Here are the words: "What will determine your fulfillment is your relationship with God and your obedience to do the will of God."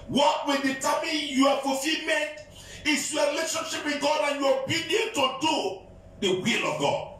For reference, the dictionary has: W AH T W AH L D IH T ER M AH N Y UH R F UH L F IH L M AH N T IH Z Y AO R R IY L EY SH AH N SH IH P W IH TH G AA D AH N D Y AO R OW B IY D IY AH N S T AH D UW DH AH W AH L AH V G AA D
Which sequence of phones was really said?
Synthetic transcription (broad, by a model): W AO T W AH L D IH T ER M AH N Y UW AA F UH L F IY L M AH N T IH S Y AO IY L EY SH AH N SH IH P W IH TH G AA D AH N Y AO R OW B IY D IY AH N T AH D UW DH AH W AH L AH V G AA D